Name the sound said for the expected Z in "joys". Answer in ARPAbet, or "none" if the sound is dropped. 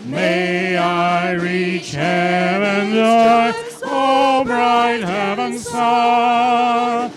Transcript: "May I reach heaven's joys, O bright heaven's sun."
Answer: none